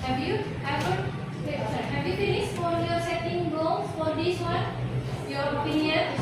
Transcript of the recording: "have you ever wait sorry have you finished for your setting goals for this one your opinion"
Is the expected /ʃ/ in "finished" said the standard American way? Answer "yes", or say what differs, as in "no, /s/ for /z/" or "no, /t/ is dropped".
no, /s/ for /ʃ/